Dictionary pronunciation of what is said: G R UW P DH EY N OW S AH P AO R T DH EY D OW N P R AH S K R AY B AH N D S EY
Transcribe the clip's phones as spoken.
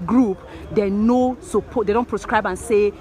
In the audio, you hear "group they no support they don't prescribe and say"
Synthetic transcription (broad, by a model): G R UW P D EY N OW S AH P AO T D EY D OW N P R AH S K R AY B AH N S EY